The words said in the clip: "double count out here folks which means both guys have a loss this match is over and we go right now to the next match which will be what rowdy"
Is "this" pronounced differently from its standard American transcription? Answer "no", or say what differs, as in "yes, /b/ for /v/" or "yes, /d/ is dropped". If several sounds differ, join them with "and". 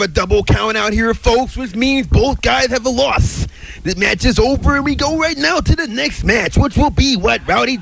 yes, /s/ is dropped